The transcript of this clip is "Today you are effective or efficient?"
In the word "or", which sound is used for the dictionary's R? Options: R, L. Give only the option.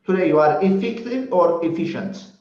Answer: R